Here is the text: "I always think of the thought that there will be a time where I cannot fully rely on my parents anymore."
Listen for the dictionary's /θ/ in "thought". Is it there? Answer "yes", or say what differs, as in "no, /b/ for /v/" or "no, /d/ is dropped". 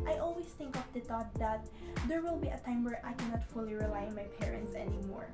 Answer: no, /t/ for /θ/